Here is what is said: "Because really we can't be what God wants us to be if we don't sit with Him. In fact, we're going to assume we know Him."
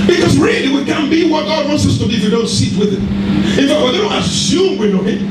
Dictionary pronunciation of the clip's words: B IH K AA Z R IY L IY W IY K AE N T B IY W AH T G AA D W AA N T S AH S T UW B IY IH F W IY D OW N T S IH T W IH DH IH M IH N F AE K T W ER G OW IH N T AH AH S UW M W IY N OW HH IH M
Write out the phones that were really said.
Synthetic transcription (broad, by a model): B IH K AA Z R IY L IY W IY K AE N B IY W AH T G AA D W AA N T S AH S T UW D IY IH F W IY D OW N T S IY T W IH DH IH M IH N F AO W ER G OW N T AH AH S UW M W IY N OW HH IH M